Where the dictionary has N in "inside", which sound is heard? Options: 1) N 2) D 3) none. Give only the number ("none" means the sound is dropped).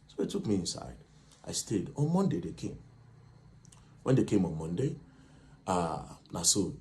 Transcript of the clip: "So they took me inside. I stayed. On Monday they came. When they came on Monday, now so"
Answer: 1